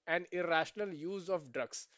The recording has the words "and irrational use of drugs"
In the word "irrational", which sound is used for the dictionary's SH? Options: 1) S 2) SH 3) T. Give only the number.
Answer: 2